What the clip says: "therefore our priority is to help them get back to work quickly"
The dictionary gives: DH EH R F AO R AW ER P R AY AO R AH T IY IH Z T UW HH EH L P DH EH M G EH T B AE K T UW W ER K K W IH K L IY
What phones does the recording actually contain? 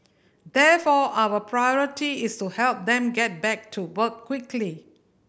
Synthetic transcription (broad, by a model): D EH F AO AW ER P R AY AO R AH T IY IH S T UW HH EH L P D EH M G EH T B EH K T UW W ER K K W IH K L IY